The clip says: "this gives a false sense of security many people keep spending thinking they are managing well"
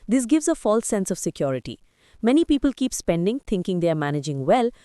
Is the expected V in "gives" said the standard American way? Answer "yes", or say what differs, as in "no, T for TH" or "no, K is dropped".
yes